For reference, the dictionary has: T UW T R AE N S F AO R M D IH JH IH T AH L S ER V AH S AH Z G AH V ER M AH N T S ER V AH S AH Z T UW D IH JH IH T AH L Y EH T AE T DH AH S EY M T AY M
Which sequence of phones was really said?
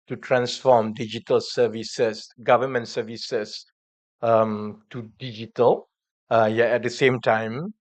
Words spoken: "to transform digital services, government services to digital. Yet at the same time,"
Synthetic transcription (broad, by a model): T UW T R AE N S F AO M D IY JH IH T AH L S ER V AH S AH S G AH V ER M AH N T S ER V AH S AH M T UW D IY JH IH T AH L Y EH EH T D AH S EY M T AY M